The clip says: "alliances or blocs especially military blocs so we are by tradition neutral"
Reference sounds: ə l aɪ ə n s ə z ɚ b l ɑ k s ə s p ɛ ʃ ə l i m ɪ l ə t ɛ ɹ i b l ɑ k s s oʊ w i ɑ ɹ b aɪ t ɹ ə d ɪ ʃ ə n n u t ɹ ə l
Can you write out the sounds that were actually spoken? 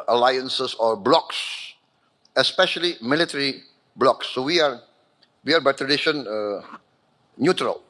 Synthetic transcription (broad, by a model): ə l aɪ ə n s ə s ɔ b l ɑ k s ə s p ɛ ʃ ə l i m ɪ l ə t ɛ ɹ i b l ɑ k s s oʊ w i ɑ w b aɪ t ɹ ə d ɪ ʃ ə n n u t ɹ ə l